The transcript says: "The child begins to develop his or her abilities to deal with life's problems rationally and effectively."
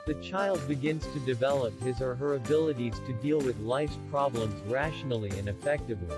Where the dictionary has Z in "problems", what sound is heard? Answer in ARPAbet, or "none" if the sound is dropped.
Z